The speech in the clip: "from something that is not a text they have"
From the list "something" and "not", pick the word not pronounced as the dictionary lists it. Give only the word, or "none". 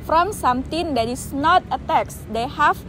something